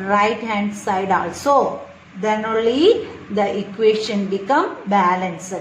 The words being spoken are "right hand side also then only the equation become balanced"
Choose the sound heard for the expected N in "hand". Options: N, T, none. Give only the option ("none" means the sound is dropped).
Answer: N